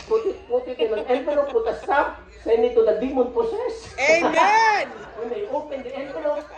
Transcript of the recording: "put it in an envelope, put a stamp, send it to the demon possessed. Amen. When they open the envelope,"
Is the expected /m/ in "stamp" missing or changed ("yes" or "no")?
yes